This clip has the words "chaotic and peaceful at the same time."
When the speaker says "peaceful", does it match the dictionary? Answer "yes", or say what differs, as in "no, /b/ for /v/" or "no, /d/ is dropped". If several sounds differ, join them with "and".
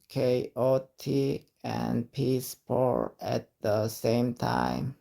no, /p/ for /f/